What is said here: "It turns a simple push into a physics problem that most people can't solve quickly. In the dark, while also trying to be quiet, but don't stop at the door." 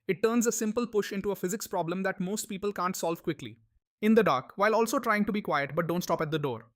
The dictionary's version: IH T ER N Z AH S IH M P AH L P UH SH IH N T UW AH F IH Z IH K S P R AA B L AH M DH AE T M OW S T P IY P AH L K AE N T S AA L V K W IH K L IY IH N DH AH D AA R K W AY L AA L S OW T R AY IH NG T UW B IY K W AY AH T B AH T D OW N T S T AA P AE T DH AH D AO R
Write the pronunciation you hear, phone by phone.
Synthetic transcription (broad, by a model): IH T ER N Z AH S IH M P AH L P UH SH IH N T UW AH F IH Z IH K S P R AA B L AH M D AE T M OW S T P IY P AH L K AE N T S AA L V K W IH K L IY IH N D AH D AA R K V AY L AA L S OW T R AY IH NG T UW B IY K W AY AH T B AH T D OW N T S T AA P AE T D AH D AO R